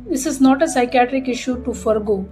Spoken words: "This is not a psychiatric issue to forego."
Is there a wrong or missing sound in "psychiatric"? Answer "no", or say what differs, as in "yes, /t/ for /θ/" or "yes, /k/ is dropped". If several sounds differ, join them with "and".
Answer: no